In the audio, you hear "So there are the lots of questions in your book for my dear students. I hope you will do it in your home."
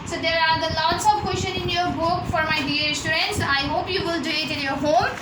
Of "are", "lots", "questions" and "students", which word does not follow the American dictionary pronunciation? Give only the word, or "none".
questions